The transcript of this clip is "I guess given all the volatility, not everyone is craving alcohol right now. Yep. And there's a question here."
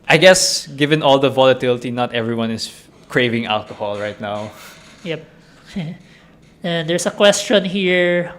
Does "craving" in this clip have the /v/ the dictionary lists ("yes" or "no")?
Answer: yes